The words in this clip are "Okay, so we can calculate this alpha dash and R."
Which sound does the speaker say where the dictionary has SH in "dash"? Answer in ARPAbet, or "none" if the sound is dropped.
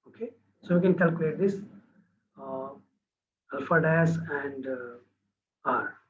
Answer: S